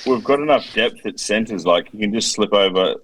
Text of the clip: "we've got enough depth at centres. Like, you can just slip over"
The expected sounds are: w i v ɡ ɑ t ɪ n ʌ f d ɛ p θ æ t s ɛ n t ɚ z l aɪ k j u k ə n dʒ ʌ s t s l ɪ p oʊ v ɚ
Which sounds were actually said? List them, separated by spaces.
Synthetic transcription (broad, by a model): w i v ɡ ɑ t ɪ n ʌ f d ɛ p θ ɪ t s ɛ n t ɚ z l aɪ k j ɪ k ə n dʒ ʌ s t s l ɪ p oʊ v ɚ